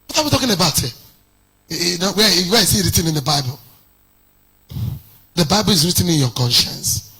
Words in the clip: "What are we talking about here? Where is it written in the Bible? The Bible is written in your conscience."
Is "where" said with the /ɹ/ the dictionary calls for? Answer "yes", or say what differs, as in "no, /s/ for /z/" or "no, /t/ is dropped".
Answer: no, /w/ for /ɹ/